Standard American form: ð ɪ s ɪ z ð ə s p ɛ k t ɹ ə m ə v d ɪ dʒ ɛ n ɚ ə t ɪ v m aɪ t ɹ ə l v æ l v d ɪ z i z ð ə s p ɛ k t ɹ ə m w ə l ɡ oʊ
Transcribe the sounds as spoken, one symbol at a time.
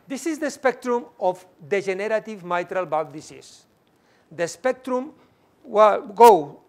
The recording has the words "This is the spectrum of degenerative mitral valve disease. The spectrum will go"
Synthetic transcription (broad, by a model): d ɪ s ɪ z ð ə s p ɛ k t ɹ ə m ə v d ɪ ʒ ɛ n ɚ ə t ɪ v m aɪ t ɹ ə l b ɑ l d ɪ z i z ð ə s p ɛ k t ɹ ə m w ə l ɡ oʊ